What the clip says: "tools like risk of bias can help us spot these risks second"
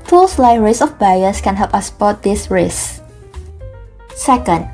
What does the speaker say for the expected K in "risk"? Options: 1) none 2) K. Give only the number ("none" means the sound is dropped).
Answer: 1